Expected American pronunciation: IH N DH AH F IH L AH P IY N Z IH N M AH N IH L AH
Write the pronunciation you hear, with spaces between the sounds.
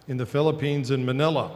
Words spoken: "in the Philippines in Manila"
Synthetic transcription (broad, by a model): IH N DH AH F IH L AH P IY N Z IH N M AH N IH L AH